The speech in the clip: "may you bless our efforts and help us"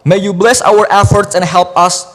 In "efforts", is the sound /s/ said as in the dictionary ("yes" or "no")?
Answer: yes